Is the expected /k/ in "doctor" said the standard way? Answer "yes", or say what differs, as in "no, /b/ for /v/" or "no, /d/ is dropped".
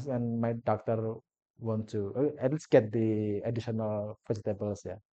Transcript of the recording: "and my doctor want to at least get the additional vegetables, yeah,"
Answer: yes